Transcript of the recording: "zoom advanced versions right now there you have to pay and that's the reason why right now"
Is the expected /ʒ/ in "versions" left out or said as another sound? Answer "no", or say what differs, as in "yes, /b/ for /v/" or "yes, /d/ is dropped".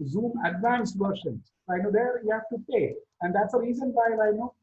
yes, /ʃ/ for /ʒ/